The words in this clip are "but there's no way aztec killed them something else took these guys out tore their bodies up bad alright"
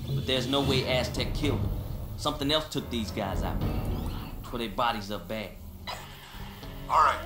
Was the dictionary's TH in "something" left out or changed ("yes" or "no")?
no